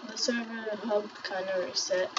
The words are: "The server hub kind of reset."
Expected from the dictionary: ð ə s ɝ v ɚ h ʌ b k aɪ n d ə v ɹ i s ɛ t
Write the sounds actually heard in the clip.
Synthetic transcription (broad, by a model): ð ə s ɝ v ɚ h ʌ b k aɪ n ə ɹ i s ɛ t